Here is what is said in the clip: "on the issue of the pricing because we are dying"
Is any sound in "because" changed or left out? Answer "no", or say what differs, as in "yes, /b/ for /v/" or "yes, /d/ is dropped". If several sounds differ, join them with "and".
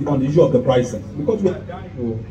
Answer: yes, /s/ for /z/